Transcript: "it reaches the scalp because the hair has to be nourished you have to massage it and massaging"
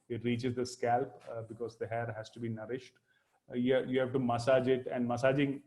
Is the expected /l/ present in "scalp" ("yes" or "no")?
yes